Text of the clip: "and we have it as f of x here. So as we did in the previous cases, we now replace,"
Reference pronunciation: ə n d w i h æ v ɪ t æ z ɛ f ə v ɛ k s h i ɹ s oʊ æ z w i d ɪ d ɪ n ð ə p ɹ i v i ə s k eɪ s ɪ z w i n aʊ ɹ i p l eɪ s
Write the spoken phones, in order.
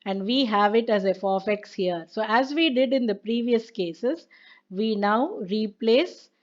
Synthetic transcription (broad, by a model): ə n d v i h æ v ɪ t æ z ɛ f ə f ɛ k s h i ɹ s oʊ æ z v i d ɪ d ɪ n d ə p ɹ i v i ə s k eɪ s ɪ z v i n aʊ ɹ i p l eɪ s